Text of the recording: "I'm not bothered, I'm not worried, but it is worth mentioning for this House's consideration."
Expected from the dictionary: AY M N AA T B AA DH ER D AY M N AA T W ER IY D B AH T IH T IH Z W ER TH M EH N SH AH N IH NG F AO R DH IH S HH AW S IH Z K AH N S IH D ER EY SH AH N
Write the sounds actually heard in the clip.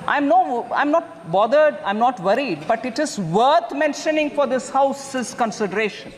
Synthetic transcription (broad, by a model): AY M N AA T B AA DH ER D AY M N AA T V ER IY D B AH T IH T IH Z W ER T M EH N SH AH N IH NG F AO R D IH S HH AW S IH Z K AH N S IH D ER EY SH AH N